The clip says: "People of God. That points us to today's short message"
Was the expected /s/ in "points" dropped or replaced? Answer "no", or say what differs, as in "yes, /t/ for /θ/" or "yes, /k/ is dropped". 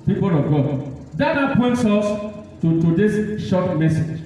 no